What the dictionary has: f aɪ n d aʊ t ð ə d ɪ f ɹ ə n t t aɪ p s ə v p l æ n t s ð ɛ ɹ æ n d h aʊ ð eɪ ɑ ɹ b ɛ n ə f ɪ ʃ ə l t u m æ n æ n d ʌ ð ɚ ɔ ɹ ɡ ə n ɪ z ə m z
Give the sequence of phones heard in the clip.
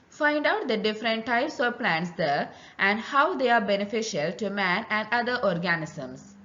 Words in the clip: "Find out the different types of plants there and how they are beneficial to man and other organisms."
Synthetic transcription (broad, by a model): f aɪ n d aʊ t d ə d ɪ f ɹ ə n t t aɪ p s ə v p l æ n t s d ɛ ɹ æ n d h aʊ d eɪ ɑ ɹ b ɛ n ə f ɪ ʃ ə l t u m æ n æ n d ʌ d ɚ ɔ ɹ ɡ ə n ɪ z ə m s